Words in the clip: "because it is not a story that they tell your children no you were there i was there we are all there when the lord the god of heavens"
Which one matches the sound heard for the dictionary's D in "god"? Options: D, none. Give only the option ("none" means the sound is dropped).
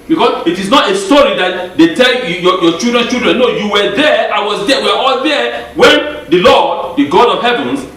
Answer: D